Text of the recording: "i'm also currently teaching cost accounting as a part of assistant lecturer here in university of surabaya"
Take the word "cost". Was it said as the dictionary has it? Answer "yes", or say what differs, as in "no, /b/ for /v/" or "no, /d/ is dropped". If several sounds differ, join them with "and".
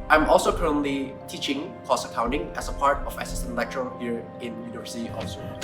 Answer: no, /t/ is dropped